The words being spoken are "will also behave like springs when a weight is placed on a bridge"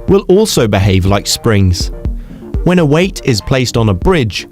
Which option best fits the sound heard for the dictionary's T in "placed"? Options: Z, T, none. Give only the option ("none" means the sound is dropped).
T